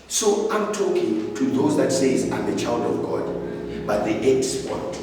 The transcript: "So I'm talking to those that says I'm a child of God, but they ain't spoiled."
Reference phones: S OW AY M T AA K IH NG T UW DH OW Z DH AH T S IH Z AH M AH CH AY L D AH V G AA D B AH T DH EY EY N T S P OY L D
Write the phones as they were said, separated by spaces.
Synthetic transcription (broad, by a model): S OW AY M T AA K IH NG T UW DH OW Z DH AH T S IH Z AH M AH CH AY L D AH V G AA D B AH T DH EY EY T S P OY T